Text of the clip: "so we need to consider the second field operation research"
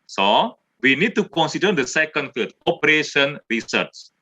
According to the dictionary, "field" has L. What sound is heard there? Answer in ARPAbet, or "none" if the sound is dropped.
none